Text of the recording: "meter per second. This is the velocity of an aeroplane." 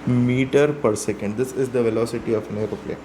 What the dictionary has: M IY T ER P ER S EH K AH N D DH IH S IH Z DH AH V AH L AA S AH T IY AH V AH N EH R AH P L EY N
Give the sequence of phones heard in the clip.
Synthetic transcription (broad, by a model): M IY T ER P ER S EH K AH N D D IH S IH Z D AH V AH L AA S AH T IY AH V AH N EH R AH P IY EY